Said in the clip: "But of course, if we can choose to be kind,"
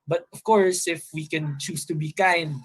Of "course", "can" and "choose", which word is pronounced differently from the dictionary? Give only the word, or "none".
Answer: choose